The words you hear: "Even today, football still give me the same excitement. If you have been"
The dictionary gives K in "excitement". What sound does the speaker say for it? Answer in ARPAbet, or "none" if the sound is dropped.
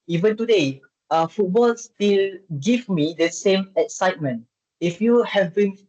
K